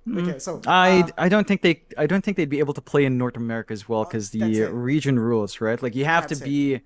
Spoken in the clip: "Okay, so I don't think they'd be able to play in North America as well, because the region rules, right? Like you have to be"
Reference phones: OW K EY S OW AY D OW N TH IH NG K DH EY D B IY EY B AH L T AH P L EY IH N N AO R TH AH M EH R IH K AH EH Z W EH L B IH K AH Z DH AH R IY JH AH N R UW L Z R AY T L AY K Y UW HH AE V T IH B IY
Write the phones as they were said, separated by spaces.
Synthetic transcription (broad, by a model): OW K EY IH AY D OW N TH IH NG K DH EY D B IY EY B L T AH P L EY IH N N AO R TH AH M EH R IH K AH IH Z W EH L K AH Z DH AH R IY JH AH N R UW L Z R AY T L AY K Y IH HH AE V T IH B IY